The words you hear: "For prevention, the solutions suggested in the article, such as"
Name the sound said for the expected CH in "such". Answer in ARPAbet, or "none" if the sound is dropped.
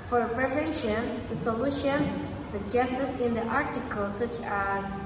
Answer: CH